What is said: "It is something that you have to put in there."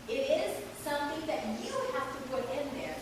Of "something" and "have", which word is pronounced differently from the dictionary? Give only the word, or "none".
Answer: have